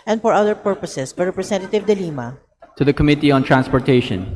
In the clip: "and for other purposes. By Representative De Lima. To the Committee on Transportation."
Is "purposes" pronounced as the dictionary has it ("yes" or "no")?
no